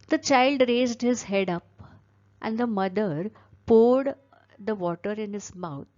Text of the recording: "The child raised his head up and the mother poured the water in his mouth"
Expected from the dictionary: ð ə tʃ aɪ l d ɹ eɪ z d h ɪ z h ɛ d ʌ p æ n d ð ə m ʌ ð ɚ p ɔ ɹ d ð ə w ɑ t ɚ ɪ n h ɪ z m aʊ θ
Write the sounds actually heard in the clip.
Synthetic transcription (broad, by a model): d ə tʃ aɪ l d ɹ eɪ z d h ɪ z h ɛ d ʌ p æ n d ə m ʌ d ɚ p ɔ ɹ d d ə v ɑ t ɚ ɪ n h ɪ z m aʊ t